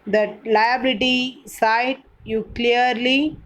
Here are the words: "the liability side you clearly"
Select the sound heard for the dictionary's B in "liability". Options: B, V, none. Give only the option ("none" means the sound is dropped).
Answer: B